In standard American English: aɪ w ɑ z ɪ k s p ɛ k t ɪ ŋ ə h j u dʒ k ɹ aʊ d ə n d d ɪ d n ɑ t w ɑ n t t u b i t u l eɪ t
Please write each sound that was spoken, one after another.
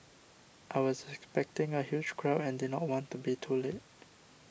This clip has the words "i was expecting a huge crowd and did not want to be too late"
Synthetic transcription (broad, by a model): aɪ w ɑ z ɪ k s p ɛ k t ɪ ŋ ə h j u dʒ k ɹ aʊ ə n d d ɪ d n ɑ t w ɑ n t t u b i t u l eɪ t